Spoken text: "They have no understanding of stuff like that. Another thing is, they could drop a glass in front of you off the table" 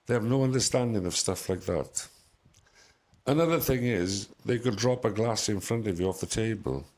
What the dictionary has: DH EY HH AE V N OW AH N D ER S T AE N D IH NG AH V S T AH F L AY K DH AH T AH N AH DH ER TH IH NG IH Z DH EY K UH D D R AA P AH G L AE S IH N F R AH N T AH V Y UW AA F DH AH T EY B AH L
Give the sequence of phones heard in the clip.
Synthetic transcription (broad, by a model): DH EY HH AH V N OW AH N D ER S T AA N D IH NG AH V S T AH F L AY K DH AH T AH N AH DH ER TH IH NG IH Z DH EY K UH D D R AA P AH G L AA S IH N F R AH N T AH V Y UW AA F DH AH T EY B AH L